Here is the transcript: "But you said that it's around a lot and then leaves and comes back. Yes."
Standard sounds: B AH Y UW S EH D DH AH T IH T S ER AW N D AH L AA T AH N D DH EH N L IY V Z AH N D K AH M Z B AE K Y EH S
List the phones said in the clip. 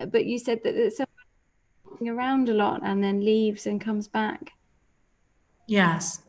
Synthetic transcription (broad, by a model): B AH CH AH S EH D DH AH T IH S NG ER AW N D AH L AA T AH N DH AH N L IY V Z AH N K AH M Z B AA K Y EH S